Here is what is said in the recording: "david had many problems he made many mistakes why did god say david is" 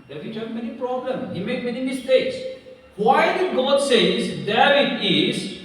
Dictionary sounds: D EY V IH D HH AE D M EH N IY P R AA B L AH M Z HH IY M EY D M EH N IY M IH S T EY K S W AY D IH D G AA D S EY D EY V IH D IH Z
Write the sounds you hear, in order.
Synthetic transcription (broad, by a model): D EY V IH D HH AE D M EH N IY P R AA B L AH M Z HH IY M EY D M EH N IY M IH S T EY K S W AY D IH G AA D S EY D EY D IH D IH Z